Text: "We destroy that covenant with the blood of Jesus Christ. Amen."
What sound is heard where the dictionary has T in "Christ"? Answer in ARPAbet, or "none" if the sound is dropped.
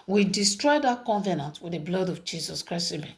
none